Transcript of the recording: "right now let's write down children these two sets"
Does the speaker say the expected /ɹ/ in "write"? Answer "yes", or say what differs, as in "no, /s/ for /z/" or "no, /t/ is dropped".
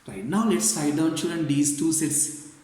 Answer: no, /l/ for /ɹ/